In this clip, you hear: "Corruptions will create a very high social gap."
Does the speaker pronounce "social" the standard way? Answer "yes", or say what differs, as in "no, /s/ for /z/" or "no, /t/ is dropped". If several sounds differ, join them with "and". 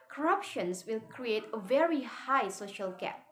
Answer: yes